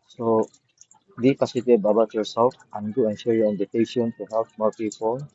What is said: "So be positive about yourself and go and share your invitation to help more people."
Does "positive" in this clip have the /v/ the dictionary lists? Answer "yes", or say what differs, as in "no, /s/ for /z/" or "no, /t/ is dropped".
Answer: no, /b/ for /v/